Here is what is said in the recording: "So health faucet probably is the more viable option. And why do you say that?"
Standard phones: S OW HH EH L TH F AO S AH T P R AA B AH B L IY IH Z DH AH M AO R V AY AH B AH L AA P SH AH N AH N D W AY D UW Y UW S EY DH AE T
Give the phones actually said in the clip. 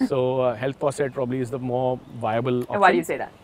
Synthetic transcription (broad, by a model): S OW HH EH L T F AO S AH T P R AA B AH B L IY IH Z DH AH M AO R V AY AH B AH L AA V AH AH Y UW S EY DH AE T